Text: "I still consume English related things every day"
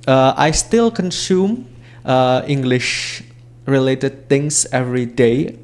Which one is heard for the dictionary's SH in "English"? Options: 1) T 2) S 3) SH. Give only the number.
3